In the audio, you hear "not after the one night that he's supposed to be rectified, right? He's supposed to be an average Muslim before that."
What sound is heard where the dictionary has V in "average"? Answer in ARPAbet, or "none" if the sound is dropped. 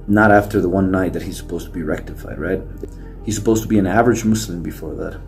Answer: V